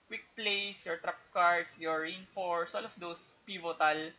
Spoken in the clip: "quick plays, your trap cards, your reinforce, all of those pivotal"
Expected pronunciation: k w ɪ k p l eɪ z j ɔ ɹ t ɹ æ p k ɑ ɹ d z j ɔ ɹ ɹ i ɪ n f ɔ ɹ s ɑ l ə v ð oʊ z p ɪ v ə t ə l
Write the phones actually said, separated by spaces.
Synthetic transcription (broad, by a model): k w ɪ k p l eɪ s j ɔ ɹ t ɹ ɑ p k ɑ ɹ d s j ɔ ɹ ɹ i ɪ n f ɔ ɹ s ɑ l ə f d oʊ s p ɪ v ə t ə l